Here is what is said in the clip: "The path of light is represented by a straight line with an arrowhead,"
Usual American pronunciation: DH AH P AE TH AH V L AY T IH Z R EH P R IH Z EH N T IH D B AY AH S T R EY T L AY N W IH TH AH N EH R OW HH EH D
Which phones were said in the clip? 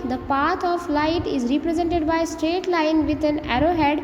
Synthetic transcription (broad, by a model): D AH P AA T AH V L AY T IH Z R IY P R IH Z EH N T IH D B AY AH S T R EY T L AY N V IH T AH N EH R OW HH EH D